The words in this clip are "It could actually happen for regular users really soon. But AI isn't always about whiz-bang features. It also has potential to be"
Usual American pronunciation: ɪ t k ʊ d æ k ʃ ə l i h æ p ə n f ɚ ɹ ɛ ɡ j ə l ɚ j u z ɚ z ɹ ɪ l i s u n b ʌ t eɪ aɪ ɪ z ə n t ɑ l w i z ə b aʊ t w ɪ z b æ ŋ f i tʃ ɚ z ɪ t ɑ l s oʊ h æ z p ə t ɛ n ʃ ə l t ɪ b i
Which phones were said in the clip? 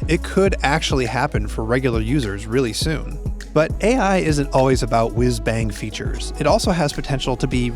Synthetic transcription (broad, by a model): ɪ t k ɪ d æ k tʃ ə l i h æ p ə n f ɚ ɹ ɛ ɡ j l ɚ j u z ɚ z ɹ ɪ l i s u n b ʌ t eɪ aɪ ɪ z ə n t ɑ l w i z ə b aʊ t w ɪ z b æ ŋ f i tʃ ɚ z ɪ t ɑ l s oʊ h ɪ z p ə t ɛ n ʃ l t ɪ b i